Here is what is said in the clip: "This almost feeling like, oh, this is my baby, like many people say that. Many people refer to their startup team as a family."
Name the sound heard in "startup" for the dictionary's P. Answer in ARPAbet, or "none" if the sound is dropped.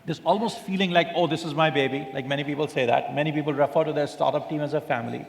P